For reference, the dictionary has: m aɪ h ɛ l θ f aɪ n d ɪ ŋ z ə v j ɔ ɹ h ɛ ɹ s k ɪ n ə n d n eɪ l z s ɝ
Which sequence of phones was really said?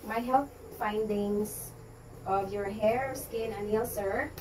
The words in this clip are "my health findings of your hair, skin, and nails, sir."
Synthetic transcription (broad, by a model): m aɪ h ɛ l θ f aɪ n d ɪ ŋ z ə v j ɔ ɹ h ɛ ɹ s k ɪ n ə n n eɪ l s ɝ